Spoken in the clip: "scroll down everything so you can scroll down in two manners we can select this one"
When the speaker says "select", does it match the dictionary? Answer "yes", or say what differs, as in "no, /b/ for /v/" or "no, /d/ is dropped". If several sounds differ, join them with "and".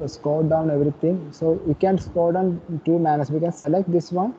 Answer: yes